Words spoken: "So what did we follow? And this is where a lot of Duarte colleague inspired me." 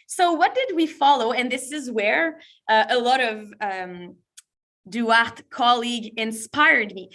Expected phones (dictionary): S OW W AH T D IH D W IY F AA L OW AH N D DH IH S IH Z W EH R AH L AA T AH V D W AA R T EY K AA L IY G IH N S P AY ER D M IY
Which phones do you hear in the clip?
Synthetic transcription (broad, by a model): S OW W AH T D IH D W IY F AA L OW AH N DH IH S IH Z W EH R AH L AA T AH V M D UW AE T K AA L IY G IH N S P AY ER D M IY